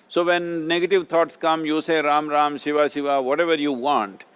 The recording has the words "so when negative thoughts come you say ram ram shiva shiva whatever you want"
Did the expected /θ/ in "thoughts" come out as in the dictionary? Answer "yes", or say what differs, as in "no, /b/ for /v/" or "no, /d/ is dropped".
no, /t/ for /θ/